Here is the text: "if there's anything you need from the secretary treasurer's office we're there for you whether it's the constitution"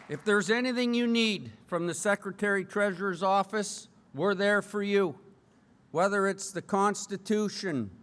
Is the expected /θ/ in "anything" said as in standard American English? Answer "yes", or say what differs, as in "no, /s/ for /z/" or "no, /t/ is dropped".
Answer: yes